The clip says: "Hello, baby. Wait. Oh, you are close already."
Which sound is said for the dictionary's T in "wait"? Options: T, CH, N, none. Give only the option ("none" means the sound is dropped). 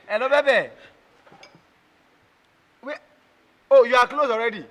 none